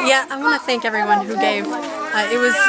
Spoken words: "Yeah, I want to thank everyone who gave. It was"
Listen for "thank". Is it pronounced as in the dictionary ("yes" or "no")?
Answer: yes